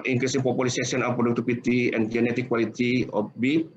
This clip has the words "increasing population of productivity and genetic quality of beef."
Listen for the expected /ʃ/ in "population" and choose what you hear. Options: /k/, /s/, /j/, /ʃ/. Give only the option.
/s/